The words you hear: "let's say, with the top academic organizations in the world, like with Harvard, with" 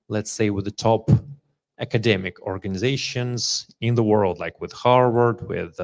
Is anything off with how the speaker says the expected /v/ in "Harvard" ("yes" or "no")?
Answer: yes